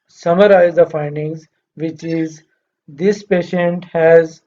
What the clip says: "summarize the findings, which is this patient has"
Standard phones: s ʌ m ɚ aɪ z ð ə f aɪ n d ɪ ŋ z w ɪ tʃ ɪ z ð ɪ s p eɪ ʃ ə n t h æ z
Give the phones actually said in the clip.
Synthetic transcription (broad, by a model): s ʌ m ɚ aɪ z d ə f aɪ n d ɪ ŋ z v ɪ tʃ ɪ z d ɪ s p eɪ ʃ ə n t h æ z